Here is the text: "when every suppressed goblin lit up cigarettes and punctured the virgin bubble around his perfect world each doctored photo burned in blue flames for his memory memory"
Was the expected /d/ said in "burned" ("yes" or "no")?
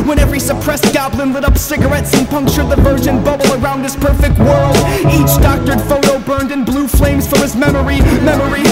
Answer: yes